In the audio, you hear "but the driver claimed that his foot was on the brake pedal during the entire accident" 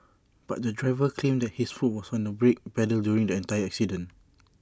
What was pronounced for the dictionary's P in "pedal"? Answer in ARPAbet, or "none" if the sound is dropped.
B